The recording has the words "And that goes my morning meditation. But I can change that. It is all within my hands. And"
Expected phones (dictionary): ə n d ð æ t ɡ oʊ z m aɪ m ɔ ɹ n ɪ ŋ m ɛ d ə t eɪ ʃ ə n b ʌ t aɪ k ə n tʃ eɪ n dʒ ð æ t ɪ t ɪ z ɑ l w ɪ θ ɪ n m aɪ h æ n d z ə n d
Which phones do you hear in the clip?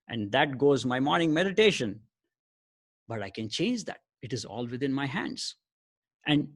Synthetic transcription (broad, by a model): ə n d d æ t ɡ oʊ z m aɪ m ɔ ɹ n ɪ ŋ m ɛ d ə t eɪ ʃ ə n b ʌ t aɪ k ə n tʃ eɪ n dʒ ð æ t ɪ t ɪ z ɑ l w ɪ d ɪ n m aɪ h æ n d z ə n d